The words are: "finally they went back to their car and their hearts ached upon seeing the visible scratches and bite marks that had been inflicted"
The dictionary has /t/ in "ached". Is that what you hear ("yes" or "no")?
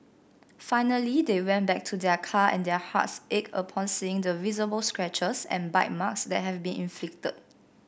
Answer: no